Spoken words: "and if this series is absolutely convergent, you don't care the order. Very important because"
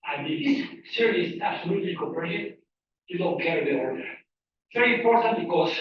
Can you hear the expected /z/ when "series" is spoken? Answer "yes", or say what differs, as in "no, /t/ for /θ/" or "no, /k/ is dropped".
no, /z/ is dropped